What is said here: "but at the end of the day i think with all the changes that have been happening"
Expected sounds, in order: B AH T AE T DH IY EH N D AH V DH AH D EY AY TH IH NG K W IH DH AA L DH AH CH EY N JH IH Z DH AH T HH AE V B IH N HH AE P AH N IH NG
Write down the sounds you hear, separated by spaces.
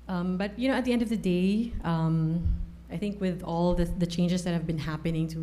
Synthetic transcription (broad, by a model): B AH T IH T DH IY EH N D AH V DH AH D EY AY TH IH NG K W IH DH AA L DH AH CH EY N JH IH Z DH AH T HH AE V B IH N HH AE P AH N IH NG